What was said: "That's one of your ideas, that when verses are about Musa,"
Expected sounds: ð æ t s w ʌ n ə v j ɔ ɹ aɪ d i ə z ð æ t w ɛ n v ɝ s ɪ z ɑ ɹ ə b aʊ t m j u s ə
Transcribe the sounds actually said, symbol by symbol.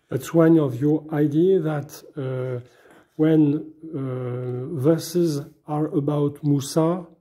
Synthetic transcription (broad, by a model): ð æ t s w ʌ n ə v j ɔ ɹ aɪ d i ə ð æ t w ɛ n v ɝ s ɪ z ɑ ɹ ə b aʊ t m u s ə